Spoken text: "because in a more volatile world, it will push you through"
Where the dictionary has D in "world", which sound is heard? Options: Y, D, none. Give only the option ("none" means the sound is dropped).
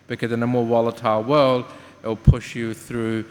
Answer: D